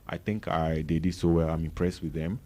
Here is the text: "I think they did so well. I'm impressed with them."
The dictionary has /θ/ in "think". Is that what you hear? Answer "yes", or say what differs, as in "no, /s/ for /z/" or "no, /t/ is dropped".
no, /t/ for /θ/